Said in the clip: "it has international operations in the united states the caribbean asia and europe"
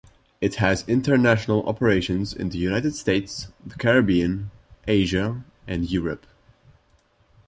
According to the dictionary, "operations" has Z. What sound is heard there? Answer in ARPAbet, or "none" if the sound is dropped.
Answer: Z